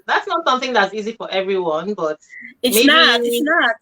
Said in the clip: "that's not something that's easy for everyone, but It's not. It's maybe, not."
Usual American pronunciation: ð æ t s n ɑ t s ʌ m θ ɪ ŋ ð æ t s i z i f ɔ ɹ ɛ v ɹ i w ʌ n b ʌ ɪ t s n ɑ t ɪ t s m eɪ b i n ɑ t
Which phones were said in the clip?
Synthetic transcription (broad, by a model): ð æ t s n ɑ t s ʌ m θ ɪ ŋ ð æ t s i z i f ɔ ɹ ɛ v ɹ i w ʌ n b ʌ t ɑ t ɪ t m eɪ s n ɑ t